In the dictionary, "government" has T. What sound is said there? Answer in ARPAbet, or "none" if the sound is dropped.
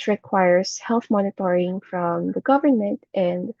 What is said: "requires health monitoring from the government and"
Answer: T